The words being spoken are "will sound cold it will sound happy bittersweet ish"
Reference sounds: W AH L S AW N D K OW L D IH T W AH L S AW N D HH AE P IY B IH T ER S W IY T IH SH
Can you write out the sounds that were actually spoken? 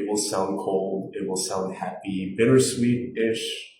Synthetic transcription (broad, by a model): W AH L S AW N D K OW L D IH T W AH L S AW N D HH AE P IY B IH T ER S W IY T IH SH